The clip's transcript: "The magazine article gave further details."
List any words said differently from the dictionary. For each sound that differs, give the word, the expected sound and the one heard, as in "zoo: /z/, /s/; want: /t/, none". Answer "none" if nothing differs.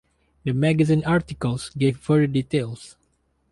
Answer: further: /ð/, none